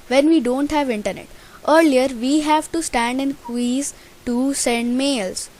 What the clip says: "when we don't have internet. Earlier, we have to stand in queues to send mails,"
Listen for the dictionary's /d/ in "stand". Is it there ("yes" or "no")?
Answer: yes